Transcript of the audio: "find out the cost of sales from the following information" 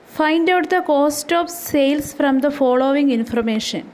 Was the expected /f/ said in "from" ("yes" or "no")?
yes